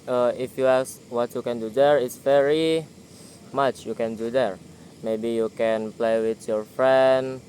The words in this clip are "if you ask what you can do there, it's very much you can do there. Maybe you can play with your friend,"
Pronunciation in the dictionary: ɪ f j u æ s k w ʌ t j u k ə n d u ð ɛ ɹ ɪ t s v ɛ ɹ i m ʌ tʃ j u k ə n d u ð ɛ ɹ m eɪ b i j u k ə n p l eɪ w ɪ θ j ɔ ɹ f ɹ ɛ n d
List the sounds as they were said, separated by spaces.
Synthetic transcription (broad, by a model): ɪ f j u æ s w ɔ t j u k ə n d u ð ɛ ɹ ɪ t s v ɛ ɹ i m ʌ tʃ j u k ə n d u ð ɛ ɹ m eɪ b i j u k ə n p l eɪ w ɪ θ j ɔ ɹ f ɹ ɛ n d